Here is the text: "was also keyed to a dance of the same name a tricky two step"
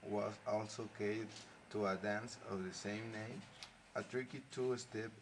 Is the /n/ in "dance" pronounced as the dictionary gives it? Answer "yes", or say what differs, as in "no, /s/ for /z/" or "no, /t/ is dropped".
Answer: yes